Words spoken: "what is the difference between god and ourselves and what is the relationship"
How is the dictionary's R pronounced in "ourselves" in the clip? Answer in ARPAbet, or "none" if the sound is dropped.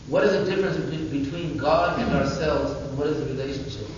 R